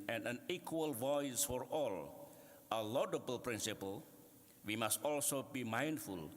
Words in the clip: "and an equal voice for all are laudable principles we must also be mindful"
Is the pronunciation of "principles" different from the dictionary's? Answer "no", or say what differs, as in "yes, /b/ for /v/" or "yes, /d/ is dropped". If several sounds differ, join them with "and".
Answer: yes, /z/ is dropped